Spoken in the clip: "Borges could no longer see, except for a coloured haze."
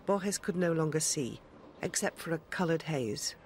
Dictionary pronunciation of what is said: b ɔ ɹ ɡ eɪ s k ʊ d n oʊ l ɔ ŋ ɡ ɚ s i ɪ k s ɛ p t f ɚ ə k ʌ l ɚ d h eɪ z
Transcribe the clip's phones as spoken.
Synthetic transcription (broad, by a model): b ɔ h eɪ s k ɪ d n oʊ l ɔ ŋ ɡ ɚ s i ɪ k s ɛ p t f ɚ ə k ʌ l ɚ d h eɪ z